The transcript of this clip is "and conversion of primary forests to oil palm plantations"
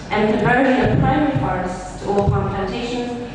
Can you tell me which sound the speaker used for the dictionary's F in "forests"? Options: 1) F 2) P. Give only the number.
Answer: 2